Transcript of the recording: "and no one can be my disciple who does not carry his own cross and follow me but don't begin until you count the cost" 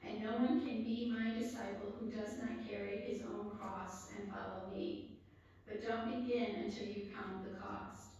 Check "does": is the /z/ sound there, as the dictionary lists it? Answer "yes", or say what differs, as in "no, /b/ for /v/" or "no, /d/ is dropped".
yes